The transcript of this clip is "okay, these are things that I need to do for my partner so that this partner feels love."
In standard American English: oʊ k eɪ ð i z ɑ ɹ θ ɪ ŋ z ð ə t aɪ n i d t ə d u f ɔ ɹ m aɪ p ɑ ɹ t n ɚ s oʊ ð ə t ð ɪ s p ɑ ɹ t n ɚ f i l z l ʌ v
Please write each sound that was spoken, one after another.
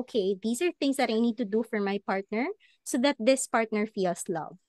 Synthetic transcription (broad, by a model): k eɪ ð i s ɑ ɹ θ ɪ ŋ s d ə t aɪ n i d t ə d u f ɔ ɹ m aɪ p ɑ ɹ t n ɚ s oʊ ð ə t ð ɪ s p ɑ ɹ t n ɚ f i l s l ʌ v